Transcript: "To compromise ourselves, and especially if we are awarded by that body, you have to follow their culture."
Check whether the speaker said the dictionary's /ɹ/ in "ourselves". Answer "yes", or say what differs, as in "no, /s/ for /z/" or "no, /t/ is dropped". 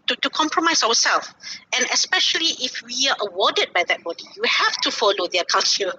no, /w/ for /ɹ/